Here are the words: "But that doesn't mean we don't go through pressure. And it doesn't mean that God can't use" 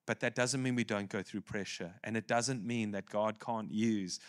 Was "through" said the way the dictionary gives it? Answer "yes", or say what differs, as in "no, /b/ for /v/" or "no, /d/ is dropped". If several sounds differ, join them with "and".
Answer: yes